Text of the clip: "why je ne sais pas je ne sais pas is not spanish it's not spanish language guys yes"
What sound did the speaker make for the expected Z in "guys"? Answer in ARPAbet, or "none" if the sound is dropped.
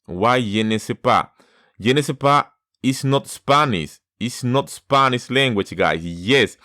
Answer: S